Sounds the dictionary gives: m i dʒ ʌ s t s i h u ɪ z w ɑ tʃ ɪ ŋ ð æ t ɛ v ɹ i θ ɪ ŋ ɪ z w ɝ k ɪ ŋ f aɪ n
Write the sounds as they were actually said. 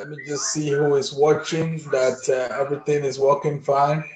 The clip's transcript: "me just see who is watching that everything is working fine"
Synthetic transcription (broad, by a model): m i dʒ ʌ s t s i h u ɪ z w ɑ tʃ ɪ ŋ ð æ t ɛ v ɹ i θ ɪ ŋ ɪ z w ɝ k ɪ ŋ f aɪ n